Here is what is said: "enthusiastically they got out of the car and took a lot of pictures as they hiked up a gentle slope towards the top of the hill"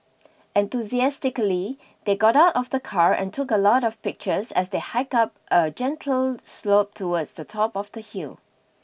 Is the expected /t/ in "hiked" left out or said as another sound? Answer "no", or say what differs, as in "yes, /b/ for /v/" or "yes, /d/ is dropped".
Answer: yes, /t/ is dropped